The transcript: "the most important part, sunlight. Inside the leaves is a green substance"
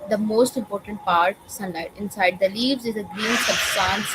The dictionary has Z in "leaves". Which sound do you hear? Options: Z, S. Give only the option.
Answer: Z